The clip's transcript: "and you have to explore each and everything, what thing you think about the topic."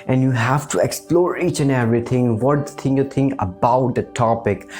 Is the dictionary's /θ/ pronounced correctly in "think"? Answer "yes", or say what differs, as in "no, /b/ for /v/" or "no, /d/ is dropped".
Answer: no, /t/ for /θ/